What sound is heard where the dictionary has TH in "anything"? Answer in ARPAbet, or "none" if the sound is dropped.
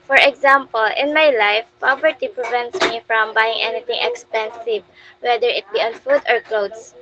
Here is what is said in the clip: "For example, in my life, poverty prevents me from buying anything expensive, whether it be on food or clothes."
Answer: T